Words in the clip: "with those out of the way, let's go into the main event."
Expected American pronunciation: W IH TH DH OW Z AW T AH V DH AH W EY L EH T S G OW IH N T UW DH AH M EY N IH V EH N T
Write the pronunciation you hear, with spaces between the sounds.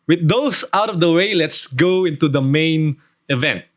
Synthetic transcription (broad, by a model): W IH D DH OW S AW T AH V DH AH W EY L EH T S G OW IH N T UW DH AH M EY N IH V EH N T